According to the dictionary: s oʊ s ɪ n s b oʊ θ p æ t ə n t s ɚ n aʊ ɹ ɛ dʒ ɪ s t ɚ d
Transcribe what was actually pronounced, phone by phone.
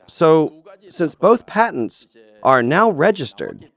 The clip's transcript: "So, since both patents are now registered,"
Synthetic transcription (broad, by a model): s oʊ s ɪ n s b oʊ θ p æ t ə n t s ɚ n aʊ ɹ ɛ dʒ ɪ s t ɚ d